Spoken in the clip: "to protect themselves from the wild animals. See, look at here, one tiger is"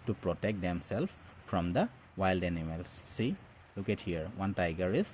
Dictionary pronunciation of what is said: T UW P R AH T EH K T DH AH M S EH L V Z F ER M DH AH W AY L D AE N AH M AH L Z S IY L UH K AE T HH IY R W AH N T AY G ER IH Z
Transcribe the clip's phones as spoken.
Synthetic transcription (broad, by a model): T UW P R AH T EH K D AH M S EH L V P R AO M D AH W AY L D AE N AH M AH L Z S IY L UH K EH T HH IY R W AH N T AY G ER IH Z